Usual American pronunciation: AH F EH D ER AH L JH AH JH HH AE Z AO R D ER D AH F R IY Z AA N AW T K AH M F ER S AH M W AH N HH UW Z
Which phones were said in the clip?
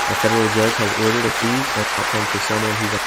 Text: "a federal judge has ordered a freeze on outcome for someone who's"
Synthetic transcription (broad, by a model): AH F EH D ER L JH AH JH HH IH Z AO R D ER D AH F IY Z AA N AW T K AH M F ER S AH M W AH N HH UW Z